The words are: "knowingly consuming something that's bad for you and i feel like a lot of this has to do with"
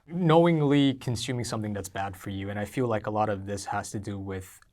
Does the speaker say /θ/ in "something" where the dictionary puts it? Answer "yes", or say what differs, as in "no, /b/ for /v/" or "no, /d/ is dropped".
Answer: yes